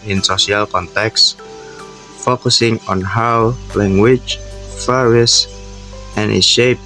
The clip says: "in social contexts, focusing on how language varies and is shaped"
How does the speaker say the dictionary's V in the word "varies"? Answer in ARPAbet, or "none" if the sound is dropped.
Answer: F